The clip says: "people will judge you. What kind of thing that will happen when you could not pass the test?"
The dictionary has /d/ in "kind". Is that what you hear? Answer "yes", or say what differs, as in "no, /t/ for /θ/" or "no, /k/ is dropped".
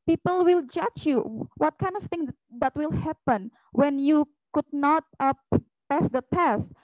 yes